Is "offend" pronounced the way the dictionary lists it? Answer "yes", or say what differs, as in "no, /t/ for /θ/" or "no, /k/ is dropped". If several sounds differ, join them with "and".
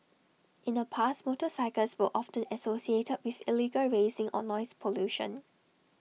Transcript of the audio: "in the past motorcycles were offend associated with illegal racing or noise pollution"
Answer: no, /d/ is dropped